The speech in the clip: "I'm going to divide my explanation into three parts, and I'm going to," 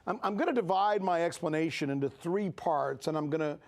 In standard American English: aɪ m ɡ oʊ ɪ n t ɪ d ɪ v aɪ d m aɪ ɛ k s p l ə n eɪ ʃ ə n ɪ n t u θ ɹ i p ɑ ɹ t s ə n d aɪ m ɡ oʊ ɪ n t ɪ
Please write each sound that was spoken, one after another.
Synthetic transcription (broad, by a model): aɪ m ɡ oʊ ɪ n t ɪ d ɪ v aɪ d m aɪ ɛ k s p l ə n eɪ ʃ ə n ɪ n t u θ ɹ i p ɑ ɹ t s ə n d aɪ m ɡ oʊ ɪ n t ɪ